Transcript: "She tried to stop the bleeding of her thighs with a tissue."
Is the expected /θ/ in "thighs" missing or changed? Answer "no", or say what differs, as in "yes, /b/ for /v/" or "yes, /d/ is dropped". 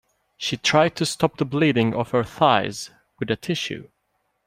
no